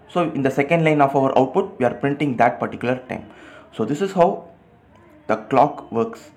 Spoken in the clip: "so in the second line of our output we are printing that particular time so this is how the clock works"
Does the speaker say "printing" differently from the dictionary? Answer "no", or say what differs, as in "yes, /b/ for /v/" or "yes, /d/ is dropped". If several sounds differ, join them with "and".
no